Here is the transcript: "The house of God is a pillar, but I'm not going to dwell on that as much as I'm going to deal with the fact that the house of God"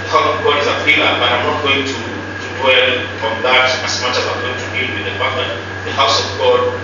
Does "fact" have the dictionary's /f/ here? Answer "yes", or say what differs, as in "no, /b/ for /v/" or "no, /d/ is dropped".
no, /p/ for /f/